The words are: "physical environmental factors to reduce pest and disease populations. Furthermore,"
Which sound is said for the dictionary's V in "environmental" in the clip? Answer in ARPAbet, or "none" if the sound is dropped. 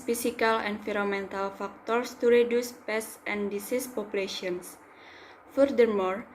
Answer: F